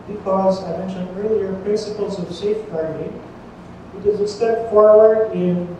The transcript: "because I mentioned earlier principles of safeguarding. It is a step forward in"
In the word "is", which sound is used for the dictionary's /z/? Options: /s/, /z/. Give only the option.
/z/